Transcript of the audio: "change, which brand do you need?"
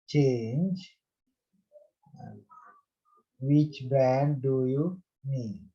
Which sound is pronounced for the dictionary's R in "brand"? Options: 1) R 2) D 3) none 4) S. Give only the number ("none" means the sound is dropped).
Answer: 3